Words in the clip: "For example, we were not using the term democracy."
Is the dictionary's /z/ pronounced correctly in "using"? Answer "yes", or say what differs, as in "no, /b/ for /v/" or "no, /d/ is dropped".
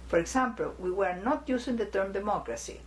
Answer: no, /s/ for /z/